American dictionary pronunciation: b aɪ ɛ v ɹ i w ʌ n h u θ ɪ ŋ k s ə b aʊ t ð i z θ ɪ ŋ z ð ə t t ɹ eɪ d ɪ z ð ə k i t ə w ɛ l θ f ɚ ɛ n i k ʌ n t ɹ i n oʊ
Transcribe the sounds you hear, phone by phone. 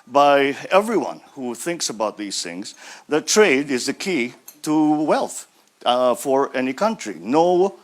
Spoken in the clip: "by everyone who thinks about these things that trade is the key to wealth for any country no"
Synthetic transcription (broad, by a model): b aɪ ɛ v ɹ i w ʌ n h u θ ɪ ŋ k s ə b aʊ t ð i z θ ɪ ŋ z ð ə t t ɹ eɪ d ɪ z ð ə k i t ə w ɛ l θ f ɚ ɛ n i k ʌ n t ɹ i n oʊ